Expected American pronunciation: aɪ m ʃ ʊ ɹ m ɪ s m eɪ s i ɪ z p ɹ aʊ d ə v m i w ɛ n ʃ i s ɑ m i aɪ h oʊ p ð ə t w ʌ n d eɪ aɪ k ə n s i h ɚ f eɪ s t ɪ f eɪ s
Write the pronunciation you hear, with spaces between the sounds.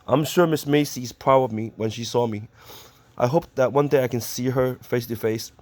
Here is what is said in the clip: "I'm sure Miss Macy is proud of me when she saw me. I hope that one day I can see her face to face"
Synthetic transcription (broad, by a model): aɪ m ʃ ʊ ɹ m ɪ s m eɪ s i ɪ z p ɹ aʊ d ə v m i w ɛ n ʃ i s ɑ m i aɪ h oʊ p ð ə t w ʌ n d eɪ aɪ k ə n s i h ɚ f eɪ s t ɪ f eɪ s